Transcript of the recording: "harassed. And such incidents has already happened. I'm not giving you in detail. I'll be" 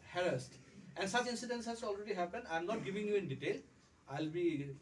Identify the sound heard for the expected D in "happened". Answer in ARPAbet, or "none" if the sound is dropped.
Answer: none